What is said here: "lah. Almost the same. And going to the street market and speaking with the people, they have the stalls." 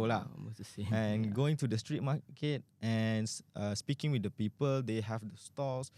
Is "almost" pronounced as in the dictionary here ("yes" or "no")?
no